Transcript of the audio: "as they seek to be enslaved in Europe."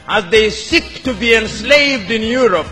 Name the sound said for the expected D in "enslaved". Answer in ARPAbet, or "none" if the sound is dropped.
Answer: D